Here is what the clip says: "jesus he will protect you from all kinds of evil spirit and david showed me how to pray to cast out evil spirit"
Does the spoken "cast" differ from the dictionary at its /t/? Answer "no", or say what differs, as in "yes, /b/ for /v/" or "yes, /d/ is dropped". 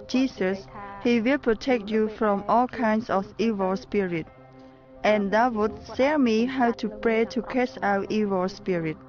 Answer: yes, /t/ is dropped